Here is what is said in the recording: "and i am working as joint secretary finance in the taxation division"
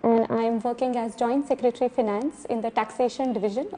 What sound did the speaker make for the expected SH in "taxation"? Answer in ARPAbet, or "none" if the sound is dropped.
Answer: SH